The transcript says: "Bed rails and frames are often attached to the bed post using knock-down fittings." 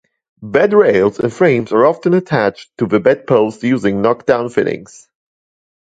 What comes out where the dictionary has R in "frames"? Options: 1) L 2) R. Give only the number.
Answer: 2